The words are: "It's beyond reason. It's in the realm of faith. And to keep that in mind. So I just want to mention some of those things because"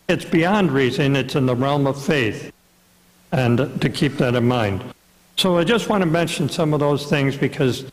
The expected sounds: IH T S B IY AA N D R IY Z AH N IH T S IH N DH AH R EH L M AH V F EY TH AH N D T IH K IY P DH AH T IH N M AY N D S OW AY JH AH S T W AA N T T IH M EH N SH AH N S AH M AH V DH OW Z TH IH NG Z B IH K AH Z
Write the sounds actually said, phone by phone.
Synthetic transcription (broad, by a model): IH T S B IY AA N D R IY Z AH N IH T S IH N DH AH R EH L M AH V F EY TH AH N T IH K IY P DH AH T IH N M AY N D S OW AY JH AH S T W AA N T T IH M EH N SH AH N S AH M AH V DH OW Z TH IH NG Z B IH K AH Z